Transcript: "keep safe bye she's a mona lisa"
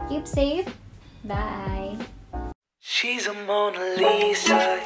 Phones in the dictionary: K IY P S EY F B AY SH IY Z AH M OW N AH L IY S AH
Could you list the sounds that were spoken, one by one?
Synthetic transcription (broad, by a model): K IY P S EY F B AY SH IY Z AH M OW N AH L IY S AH